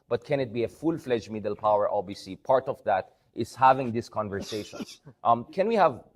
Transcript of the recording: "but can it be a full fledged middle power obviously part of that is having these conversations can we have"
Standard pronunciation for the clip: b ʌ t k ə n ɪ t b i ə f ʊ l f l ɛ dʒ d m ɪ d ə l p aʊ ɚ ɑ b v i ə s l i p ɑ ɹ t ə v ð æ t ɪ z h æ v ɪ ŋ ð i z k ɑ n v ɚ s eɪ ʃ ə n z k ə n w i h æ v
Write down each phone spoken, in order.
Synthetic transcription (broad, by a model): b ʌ t k ə n ɪ t b i ə f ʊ l f l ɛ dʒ m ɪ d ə l p aʊ ɚ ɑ b i s i p ɑ ɹ t ə v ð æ t ɪ z h æ v ɪ ŋ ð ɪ s k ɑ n v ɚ s eɪ ʃ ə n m k ə n w i h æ v